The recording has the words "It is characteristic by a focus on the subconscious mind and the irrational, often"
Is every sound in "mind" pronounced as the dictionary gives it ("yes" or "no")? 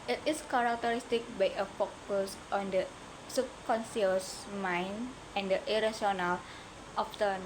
no